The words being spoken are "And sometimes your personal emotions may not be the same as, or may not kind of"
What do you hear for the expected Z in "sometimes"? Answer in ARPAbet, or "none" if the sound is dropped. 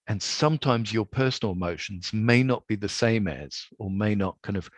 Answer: Z